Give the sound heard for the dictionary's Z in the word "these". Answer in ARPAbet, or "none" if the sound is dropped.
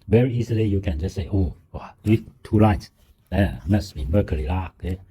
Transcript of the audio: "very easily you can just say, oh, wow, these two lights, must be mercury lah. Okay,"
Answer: none